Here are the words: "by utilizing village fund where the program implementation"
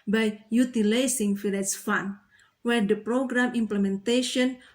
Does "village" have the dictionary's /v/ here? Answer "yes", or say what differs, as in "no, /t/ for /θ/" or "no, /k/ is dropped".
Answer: no, /f/ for /v/